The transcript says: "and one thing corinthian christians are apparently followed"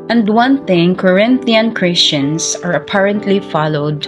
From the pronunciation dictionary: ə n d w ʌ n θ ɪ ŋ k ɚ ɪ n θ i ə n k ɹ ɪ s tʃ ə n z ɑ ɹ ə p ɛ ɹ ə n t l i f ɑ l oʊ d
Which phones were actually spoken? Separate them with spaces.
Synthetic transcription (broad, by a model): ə n d w ʌ n θ ɪ ŋ k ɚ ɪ n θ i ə n k ɹ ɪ s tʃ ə n s ɑ ɹ ə p ɛ ɹ ə n t l i f ɑ l oʊ d